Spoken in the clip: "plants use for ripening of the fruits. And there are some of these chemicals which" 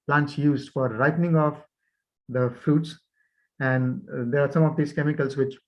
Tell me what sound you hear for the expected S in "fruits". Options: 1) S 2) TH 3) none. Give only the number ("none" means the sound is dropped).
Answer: 1